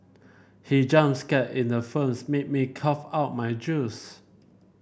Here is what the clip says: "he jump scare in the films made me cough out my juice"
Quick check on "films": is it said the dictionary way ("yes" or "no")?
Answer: no